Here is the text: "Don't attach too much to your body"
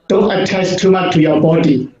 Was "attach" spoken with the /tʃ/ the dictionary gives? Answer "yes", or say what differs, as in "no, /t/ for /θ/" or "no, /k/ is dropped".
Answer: no, /s/ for /tʃ/